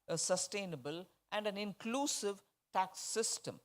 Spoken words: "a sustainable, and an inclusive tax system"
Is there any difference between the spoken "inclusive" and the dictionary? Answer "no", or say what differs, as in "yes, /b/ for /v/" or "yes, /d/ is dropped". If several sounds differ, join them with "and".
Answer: no